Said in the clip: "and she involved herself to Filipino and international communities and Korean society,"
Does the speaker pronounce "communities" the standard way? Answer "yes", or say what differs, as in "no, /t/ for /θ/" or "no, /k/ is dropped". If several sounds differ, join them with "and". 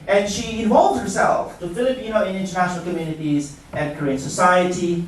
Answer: yes